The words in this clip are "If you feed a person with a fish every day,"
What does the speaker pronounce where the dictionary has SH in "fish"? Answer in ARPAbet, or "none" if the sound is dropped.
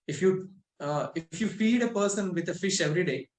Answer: SH